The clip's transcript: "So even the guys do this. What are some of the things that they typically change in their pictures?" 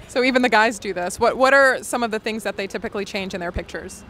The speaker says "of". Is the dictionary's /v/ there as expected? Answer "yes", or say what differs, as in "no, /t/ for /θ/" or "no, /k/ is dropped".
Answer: yes